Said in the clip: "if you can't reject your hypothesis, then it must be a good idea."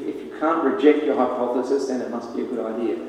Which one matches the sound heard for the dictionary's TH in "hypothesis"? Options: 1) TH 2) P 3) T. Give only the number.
1